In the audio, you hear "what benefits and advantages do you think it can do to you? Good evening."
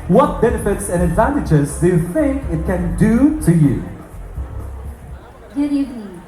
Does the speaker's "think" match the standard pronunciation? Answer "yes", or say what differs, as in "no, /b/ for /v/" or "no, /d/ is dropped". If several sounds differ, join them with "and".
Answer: yes